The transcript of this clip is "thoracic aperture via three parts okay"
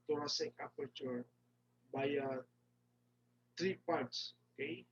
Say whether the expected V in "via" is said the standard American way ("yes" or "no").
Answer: no